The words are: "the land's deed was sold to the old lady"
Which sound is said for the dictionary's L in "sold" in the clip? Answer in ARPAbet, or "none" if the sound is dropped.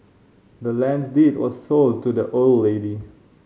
L